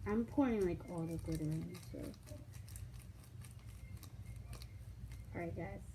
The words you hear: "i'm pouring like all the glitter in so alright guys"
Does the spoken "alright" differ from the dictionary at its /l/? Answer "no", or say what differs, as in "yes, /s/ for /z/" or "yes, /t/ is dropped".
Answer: yes, /l/ is dropped